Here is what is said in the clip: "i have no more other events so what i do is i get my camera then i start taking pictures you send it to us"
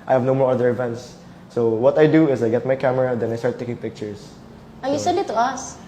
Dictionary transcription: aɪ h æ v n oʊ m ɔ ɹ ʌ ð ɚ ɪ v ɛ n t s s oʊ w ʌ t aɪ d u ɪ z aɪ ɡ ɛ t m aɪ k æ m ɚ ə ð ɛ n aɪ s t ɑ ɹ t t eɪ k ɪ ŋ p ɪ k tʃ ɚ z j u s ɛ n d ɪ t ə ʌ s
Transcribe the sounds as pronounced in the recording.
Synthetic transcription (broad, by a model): aɪ h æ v n oʊ m ɔ ɹ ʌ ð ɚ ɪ v ɛ n t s s oʊ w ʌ t aɪ d u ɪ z aɪ ɡ ɛ t m aɪ k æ m ɚ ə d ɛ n aɪ s t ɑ ɹ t t eɪ k ɪ ŋ p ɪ k tʃ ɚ s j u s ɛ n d ɪ t ə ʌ s